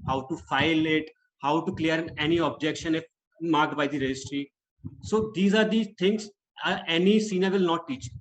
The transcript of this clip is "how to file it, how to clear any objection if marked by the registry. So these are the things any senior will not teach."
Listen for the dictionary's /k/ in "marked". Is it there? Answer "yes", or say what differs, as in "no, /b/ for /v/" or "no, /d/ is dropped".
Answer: yes